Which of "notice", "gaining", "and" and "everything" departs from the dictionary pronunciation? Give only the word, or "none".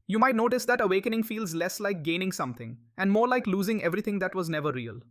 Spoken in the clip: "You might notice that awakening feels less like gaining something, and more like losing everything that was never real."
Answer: everything